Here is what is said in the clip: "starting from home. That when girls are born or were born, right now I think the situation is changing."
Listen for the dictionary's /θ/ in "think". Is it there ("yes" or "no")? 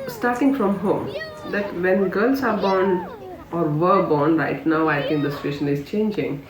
no